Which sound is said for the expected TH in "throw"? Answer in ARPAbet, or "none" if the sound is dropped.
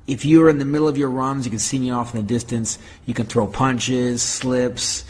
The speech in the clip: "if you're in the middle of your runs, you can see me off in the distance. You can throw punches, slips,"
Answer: TH